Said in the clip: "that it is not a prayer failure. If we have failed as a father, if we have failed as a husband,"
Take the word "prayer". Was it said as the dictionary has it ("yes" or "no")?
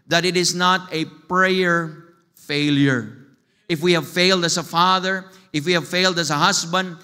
yes